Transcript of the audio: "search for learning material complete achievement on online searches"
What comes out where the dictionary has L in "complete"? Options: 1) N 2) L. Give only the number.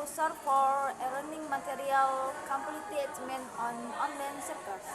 1